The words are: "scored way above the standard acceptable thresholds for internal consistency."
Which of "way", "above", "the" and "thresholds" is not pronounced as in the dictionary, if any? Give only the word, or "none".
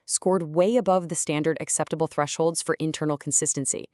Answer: none